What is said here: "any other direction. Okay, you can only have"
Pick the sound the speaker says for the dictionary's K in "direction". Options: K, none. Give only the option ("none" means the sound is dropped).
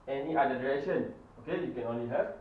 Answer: none